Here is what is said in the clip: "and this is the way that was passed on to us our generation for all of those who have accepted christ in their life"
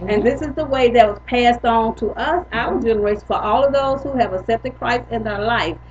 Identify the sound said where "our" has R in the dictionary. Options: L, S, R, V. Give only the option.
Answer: L